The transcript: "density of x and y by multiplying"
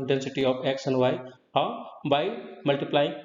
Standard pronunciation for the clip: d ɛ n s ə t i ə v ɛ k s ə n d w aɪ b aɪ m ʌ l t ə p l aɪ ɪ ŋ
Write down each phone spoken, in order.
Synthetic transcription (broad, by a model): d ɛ n s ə t i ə p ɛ k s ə n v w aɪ b aɪ m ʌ l t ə p l aɪ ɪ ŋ